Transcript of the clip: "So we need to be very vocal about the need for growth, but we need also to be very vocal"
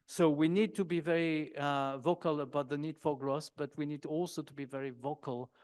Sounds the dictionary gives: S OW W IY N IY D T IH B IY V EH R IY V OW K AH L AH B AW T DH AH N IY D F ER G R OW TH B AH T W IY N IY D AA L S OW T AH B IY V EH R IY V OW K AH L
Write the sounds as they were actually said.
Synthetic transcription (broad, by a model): S OW W IY N IY D T IH B IY V EH R IY V OW K AH L AH B AW T DH AH N IY D F ER G R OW S B AH T W IY N IY D AA L S OW T AH B IY V EH R IY V OW K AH L